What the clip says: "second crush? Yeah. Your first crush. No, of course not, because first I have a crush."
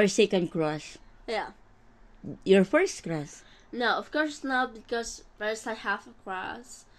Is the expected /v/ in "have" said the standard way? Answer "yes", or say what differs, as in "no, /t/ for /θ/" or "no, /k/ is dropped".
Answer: no, /f/ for /v/